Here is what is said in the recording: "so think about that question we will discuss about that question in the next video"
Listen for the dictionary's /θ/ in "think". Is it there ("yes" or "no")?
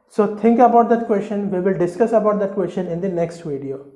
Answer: no